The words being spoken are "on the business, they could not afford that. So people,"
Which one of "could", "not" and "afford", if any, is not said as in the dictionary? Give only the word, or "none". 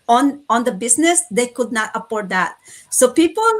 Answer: afford